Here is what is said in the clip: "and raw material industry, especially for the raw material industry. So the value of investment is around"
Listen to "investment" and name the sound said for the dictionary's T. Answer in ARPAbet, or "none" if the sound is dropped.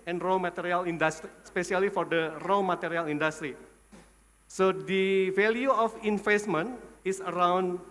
none